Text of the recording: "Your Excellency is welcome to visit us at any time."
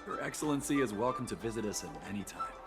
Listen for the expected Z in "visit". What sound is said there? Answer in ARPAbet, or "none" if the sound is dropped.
Z